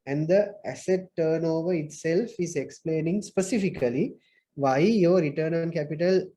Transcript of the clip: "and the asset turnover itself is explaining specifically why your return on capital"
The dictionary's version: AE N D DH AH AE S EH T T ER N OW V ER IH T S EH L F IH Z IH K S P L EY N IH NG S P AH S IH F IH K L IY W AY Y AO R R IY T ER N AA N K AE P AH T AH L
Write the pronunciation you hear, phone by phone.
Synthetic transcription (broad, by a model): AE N D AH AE S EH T T ER N OW V ER IH T S EH L F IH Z IH K S P L EY N IH NG S P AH S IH F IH K L IY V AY Y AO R R IY T ER N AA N K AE P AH T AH L